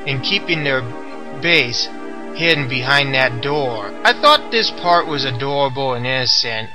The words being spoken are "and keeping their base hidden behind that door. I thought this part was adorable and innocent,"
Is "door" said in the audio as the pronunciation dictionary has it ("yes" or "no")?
yes